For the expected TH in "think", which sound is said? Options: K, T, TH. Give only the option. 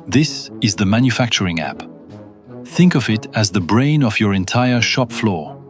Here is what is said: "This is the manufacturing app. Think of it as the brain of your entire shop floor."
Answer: TH